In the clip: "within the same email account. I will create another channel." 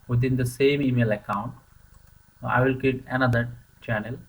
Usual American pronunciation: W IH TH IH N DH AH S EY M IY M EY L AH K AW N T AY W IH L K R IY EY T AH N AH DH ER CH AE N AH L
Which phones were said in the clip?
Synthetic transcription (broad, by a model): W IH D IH N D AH S EY M IY M EY L AH K AW N T AY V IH L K IY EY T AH N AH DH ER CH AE N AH L